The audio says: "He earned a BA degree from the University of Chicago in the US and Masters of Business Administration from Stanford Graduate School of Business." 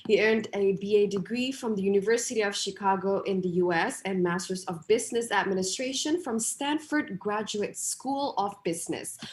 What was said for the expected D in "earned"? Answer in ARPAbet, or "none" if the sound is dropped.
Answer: D